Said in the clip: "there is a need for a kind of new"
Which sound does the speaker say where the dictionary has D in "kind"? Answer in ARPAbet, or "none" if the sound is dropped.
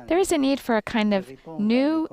D